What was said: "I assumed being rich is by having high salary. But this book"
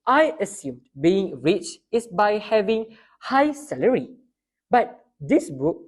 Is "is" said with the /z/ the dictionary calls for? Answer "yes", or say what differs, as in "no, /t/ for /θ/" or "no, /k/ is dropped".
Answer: no, /s/ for /z/